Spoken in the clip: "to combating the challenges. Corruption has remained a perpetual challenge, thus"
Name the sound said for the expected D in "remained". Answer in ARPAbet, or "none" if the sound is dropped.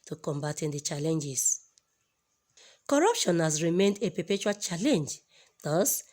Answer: D